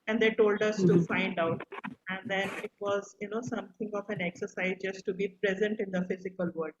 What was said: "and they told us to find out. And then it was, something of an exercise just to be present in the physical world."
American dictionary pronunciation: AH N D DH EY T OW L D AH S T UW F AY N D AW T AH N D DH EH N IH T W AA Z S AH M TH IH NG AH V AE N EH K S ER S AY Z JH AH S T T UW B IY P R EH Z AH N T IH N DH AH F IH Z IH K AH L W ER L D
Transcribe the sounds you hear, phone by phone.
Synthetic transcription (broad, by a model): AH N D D EY T OW L D AH S T UW F AY N D AW T AH N D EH N IH T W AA Z S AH M T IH NG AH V AE N EH K S ER S AY Z JH AH S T T UW B IY P R EH Z AH N T IH N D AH F IH Z IH K AH L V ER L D